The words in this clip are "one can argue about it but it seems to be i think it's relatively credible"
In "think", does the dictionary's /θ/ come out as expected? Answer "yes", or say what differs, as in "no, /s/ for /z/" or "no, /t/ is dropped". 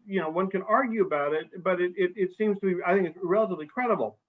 yes